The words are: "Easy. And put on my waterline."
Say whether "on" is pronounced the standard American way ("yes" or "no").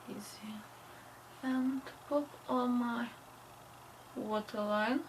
no